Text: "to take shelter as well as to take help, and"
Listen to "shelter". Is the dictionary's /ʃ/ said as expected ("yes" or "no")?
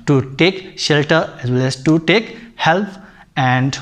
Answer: yes